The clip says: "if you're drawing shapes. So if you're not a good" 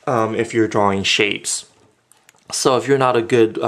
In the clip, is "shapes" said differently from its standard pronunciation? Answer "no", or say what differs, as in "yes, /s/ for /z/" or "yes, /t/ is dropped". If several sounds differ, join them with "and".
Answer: no